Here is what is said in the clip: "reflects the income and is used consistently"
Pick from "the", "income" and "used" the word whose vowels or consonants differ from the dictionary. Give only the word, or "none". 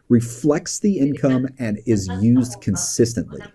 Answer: none